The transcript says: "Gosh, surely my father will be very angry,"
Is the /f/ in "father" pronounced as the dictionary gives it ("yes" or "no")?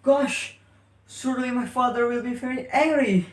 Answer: yes